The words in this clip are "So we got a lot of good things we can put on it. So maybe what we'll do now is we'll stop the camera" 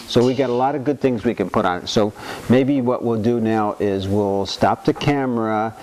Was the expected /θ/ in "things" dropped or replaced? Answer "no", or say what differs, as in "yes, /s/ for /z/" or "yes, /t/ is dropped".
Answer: no